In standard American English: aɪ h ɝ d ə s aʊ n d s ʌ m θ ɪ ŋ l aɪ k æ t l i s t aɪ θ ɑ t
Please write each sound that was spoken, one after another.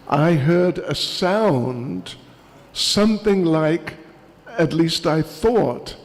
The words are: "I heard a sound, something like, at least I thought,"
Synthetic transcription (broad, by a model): aɪ h ɝ d ə s aʊ n d s ʌ m θ ɪ ŋ l aɪ k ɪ t l i s t aɪ θ ɑ t